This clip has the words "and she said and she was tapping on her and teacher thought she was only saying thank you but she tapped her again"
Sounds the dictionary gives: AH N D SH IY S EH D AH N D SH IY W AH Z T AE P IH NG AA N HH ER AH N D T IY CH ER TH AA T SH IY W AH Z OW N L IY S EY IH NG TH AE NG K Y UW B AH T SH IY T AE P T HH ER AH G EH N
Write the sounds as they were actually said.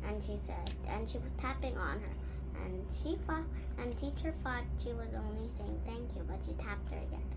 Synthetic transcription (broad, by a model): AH N SH IY S EH D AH N SH IY W AH Z T AE P IH NG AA N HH ER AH N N T IY CH ER F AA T SH IY W AH Z OW N L IY S EY IH NG TH AE NG K Y UW B AH T SH IY T AE P T HH ER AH G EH N